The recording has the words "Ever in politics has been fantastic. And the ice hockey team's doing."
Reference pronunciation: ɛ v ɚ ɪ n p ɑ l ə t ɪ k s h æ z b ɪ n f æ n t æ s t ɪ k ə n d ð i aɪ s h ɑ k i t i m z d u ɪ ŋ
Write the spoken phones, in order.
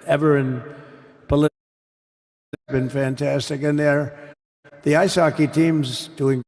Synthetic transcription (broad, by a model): ɛ v ɚ ɪ n p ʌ l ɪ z b ɪ n f æ n t æ s t ɪ k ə n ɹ ð i aɪ s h ɑ k i t i m z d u ɪ ŋ